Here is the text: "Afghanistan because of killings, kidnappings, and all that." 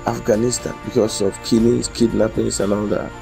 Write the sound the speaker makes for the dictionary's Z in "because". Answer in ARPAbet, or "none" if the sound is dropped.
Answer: S